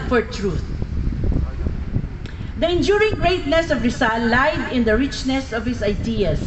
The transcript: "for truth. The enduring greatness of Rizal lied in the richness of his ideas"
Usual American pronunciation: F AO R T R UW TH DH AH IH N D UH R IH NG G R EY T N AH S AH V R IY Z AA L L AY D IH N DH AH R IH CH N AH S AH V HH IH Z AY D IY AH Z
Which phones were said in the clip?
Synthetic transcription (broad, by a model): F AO R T R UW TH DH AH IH N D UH R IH NG G R EY T N AH S AH V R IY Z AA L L AY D IH N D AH R IH CH N AH S AH V HH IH S AY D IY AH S